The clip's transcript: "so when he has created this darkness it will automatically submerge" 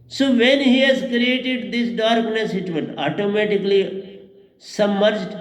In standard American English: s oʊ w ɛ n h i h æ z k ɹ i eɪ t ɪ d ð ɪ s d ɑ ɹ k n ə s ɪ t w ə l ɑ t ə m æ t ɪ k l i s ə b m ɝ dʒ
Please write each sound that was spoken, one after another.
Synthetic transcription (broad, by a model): s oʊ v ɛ n h i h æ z k ɹ i eɪ t ɪ d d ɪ s d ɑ ɹ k n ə s ɪ t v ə n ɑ t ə m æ t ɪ k l i s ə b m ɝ dʒ